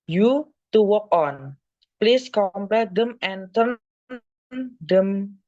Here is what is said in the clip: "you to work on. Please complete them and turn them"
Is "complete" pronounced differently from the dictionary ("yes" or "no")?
yes